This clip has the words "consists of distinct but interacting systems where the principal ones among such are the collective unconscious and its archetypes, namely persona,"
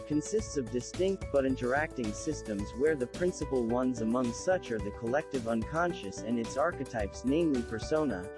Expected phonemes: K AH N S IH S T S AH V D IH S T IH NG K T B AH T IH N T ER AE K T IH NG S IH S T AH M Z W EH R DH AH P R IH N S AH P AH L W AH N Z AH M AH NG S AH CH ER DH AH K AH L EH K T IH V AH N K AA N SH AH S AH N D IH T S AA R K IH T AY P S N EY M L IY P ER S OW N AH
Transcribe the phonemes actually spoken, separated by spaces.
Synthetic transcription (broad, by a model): K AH N S IH S T S AH V D IH S T IH NG K T B AH T IH N T ER AE K T IH NG S IH S T AH M Z W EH R DH AH P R IH N S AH P L W AH N Z AH M AH NG S AH CH ER DH AH K AH L EH K T IH V AH N K AA N SH AH S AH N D IH T S AA R K IH T AY P S N EY M L IY P ER S OW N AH